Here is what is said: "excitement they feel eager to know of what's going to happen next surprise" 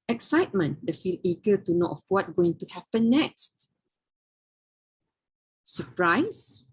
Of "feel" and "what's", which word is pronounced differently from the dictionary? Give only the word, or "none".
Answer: what's